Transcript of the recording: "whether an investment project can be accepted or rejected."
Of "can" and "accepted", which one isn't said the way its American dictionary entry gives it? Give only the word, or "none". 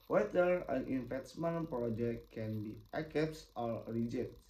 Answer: accepted